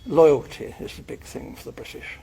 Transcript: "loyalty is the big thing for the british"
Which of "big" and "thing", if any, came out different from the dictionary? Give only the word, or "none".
none